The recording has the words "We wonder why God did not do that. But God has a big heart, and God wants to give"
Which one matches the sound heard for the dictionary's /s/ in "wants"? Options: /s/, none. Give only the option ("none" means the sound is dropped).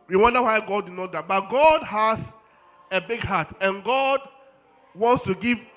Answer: /s/